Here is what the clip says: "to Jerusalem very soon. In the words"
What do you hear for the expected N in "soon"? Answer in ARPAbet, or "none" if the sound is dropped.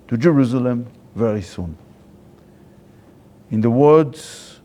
N